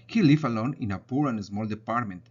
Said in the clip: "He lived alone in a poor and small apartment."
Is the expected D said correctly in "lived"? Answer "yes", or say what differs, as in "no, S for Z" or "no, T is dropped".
no, D is dropped